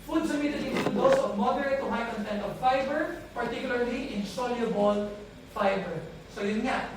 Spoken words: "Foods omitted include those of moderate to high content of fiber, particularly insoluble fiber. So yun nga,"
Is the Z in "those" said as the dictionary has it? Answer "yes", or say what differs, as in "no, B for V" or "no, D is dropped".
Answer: no, S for Z